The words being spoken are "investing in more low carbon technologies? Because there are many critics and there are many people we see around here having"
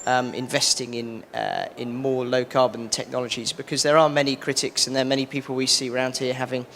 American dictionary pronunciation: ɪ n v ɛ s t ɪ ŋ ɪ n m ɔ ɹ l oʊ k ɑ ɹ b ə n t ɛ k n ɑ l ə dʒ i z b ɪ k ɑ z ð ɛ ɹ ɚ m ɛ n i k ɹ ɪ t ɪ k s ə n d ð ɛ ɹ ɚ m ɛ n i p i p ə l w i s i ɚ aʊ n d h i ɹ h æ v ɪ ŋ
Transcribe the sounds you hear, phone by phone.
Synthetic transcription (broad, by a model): ɪ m v ɛ s t ɪ ŋ ɪ n m ɔ l oʊ k ɑ b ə n t ɛ k n ɑ l ə dʒ i z b ɪ k ɑ z ð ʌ ɹ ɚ m ɛ n i k ɹ ɪ t ɪ k s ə n ð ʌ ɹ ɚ m ɛ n i p i p ə l w i s i ɚ aʊ n d h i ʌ h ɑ v ɪ ŋ